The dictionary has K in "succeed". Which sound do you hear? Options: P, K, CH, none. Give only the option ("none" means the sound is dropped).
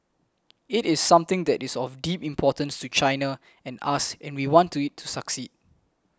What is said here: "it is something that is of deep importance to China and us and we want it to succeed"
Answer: K